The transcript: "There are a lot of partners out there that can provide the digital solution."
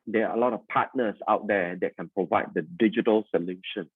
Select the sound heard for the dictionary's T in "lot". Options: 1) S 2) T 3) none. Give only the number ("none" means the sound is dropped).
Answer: 2